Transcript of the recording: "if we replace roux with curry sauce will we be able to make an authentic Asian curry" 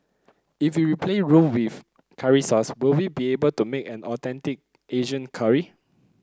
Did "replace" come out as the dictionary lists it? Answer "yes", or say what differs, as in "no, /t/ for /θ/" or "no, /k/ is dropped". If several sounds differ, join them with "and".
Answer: no, /s/ is dropped